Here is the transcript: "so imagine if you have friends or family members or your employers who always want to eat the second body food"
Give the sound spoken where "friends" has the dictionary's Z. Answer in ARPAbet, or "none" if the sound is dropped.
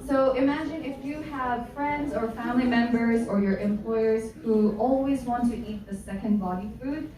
Z